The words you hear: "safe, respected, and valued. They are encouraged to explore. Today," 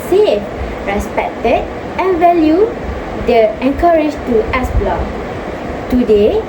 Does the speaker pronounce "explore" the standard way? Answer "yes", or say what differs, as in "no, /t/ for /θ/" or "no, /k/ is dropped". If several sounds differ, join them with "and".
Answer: no, /k/ is dropped and /b/ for /p/